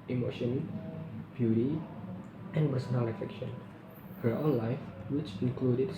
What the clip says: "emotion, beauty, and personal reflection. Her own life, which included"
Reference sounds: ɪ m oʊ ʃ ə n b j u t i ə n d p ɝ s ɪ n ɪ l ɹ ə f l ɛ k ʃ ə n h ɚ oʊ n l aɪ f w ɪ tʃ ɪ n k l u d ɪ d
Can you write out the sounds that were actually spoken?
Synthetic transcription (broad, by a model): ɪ m oʊ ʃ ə n b j u t i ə n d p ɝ s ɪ n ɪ l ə f ɛ k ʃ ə n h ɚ oʊ n l aɪ f w ɪ tʃ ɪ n k l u d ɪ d